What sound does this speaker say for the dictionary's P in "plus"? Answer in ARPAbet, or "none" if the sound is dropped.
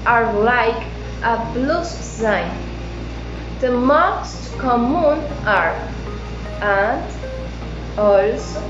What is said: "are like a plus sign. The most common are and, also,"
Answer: B